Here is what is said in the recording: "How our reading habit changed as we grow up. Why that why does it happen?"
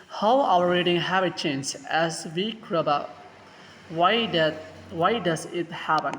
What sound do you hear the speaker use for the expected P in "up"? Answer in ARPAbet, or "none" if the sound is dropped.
B